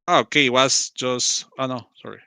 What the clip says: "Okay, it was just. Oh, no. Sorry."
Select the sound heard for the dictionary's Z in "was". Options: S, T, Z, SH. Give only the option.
S